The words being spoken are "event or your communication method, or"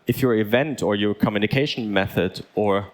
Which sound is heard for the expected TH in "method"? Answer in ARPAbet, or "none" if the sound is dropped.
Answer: TH